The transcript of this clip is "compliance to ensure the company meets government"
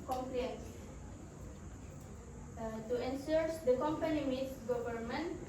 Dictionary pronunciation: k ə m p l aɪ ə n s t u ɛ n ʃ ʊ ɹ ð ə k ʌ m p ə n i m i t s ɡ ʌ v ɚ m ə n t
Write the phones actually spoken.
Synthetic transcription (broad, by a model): k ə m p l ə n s t u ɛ n s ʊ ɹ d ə k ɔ m p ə n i m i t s ɡ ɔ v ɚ m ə n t